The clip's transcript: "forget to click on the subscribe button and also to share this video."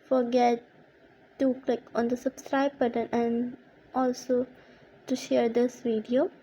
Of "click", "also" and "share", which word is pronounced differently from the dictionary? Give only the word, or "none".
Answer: none